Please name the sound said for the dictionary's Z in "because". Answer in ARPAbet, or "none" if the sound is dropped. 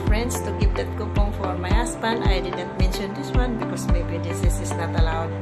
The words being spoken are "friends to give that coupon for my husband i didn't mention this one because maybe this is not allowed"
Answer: S